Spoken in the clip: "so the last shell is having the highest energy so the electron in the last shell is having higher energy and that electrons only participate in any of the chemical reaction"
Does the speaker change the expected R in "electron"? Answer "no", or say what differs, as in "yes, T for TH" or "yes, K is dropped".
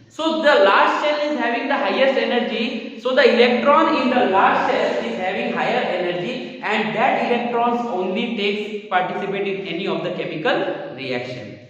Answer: no